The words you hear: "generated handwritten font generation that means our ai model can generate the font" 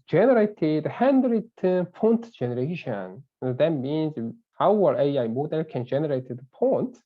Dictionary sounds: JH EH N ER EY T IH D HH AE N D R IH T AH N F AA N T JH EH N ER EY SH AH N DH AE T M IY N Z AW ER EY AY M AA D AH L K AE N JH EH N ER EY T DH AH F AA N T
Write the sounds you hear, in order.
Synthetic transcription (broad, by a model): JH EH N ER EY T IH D HH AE N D R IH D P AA N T JH EH N ER EY SH AH N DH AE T M IY N Z AW ER EY AY M AA D AH L K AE N JH EH N ER EY T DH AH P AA N T